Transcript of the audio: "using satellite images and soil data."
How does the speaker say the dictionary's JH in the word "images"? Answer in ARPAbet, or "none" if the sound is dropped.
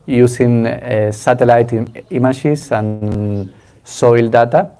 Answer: SH